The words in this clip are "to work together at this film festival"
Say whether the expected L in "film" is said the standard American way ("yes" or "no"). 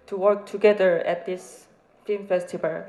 no